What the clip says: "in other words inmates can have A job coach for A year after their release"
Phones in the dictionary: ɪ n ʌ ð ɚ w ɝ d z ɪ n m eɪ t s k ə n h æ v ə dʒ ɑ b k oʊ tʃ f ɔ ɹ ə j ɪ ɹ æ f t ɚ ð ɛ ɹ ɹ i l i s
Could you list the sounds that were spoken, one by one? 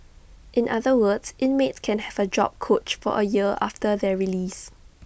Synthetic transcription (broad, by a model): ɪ n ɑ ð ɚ w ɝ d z ɪ n m eɪ t s k ə n h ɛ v ə dʒ ɑ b k oʊ tʃ f ɔ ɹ ə j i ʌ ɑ f t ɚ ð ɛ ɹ ɹ i l i s